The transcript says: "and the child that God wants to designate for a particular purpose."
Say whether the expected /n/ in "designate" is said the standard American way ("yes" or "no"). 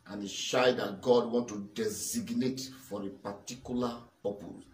yes